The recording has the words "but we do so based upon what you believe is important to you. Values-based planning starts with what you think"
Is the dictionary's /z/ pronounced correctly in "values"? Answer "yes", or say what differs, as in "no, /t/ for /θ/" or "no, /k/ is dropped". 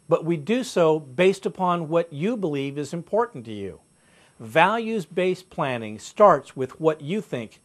yes